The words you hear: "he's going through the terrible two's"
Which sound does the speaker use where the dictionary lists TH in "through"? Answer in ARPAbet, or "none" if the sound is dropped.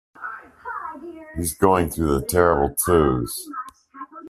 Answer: TH